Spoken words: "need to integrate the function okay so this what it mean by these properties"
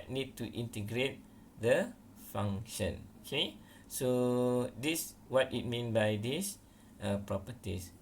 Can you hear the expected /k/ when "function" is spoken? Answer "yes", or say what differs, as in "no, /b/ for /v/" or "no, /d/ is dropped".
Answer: no, /k/ is dropped